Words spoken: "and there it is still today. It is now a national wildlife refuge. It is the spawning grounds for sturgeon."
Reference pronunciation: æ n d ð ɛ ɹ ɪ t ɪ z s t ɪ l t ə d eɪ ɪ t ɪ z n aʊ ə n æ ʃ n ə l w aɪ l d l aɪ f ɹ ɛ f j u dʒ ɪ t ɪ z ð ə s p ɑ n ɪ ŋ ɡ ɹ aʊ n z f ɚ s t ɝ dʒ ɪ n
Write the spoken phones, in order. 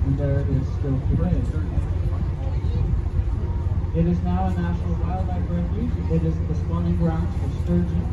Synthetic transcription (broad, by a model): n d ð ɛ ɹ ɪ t ɪ z s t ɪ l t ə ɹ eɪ ɪ t ɪ z n aʊ ə n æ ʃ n l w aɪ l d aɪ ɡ ɹ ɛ j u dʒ ɪ t ɪ z ð ə s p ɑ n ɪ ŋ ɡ ɹ aʊ n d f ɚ s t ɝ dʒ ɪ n